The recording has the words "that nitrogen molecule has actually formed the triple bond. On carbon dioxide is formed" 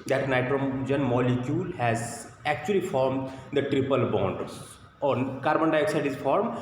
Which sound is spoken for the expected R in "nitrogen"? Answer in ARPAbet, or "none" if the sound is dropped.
R